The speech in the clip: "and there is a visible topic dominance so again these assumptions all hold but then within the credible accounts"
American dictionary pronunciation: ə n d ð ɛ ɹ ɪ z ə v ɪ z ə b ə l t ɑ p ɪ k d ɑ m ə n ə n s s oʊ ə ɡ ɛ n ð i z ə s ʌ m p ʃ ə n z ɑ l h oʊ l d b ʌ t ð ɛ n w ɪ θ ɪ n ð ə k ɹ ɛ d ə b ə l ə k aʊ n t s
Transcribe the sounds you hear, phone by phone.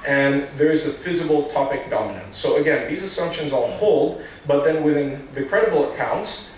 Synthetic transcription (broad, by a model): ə n ð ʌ ɹ ɪ z ə f ɪ z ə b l t ɑ p ɪ k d ɑ m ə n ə n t s oʊ ə ɡ ɛ n ð i z ə s ʌ m p ʃ ə n z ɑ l h oʊ l d b ʌ t ð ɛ n w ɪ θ ɪ n ð ə k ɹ ɛ d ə b l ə k aʊ n t s